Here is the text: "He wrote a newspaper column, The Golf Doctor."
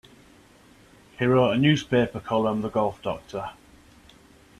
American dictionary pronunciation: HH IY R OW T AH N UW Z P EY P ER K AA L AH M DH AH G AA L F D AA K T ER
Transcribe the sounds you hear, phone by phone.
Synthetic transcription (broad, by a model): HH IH R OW AH N UW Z P EY P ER K AA L AH M DH AH G AA L F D AA K T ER